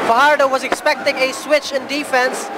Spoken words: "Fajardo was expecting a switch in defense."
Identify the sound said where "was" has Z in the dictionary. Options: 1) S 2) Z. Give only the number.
2